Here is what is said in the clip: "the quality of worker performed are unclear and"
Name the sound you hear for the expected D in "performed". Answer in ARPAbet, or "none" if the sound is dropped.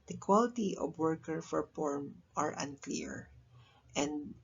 none